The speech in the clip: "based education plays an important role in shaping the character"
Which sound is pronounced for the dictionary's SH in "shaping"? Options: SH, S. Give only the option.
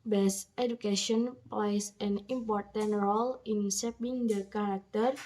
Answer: S